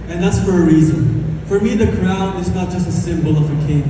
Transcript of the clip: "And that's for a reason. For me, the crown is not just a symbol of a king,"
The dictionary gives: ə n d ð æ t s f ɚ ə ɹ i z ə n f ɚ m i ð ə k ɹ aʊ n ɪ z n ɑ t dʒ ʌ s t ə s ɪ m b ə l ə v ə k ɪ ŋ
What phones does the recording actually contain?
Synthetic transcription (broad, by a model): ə n ð æ t s f ɚ ə ɹ i z ə n f ɚ m i ð ə k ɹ aʊ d ɪ z n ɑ t dʒ ʌ s t ə s ɪ m b l ə v ə k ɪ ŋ